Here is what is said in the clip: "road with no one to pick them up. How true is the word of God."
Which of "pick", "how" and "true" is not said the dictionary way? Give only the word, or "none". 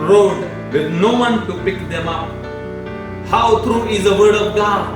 none